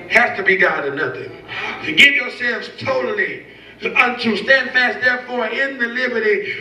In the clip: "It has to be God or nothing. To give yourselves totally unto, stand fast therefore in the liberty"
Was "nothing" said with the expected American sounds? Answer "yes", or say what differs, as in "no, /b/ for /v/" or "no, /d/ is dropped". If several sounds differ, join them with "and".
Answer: yes